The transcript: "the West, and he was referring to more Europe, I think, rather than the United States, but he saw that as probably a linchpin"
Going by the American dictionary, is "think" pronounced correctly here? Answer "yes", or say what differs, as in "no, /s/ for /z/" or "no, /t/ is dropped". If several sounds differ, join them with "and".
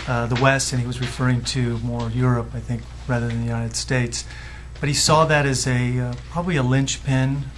yes